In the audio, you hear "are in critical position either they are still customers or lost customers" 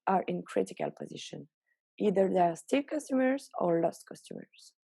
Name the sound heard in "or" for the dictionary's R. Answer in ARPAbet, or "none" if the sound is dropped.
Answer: R